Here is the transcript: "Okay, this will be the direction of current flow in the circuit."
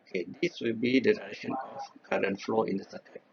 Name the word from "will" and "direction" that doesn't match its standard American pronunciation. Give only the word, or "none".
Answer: direction